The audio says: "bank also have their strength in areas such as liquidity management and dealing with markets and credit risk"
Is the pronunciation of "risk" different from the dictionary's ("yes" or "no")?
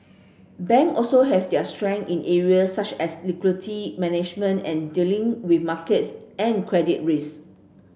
yes